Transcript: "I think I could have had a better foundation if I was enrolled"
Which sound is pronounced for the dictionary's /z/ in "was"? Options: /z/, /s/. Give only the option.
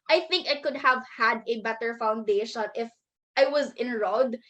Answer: /z/